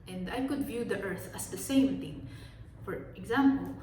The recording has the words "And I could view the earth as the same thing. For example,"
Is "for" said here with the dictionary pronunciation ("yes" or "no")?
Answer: yes